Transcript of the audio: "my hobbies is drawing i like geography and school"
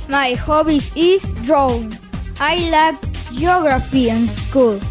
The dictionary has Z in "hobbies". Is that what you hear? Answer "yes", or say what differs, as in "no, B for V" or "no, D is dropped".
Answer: no, S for Z